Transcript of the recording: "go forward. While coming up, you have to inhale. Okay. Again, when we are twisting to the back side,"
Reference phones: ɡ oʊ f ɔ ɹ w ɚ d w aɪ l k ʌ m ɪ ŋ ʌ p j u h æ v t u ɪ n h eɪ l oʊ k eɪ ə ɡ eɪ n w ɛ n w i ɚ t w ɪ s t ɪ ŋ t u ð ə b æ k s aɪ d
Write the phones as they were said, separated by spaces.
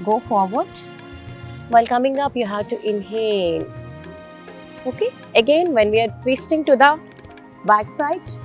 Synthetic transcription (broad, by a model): ɡ oʊ f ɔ ɹ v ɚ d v aɪ l k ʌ m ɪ ŋ ʌ p j u h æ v t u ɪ n h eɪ n oʊ k eɪ ə ɡ eɪ n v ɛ n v i ɚ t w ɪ s t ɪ ŋ t u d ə b æ k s aɪ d